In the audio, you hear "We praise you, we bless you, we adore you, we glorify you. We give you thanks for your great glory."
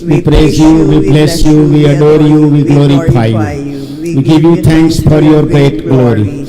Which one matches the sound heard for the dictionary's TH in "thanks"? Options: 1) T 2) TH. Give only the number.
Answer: 1